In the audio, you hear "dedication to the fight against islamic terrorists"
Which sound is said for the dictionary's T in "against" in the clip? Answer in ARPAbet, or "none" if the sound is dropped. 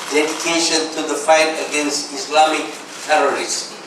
T